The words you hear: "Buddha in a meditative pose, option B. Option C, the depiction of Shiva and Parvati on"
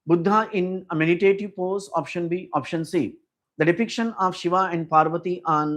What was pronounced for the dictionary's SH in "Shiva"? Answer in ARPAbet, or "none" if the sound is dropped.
SH